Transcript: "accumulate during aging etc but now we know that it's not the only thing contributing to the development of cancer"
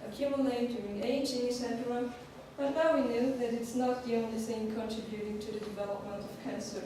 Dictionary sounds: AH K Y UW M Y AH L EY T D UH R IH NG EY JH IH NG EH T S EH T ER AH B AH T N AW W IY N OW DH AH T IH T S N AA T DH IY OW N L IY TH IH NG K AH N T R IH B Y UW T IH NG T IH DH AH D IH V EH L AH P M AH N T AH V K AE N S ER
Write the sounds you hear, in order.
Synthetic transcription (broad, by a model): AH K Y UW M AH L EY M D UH R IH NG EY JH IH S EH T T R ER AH B AH T N AW W IY N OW DH AH T IH T S N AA T DH IY OW N L IY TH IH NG K AH N T R IH B Y UW T IH NG T IH DH AH D IH V EH L AH P M AH N T AH V K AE N S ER